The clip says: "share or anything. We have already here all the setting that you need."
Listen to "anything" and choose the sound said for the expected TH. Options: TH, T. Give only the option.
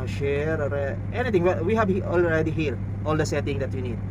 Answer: T